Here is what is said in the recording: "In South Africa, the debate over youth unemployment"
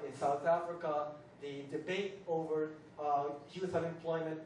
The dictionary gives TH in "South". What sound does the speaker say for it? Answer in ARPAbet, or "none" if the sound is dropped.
TH